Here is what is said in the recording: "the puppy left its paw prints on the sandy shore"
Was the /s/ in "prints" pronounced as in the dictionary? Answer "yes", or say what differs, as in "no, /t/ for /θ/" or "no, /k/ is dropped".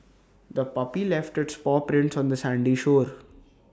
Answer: yes